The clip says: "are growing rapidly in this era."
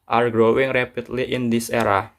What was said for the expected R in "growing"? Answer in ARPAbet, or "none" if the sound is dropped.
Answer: R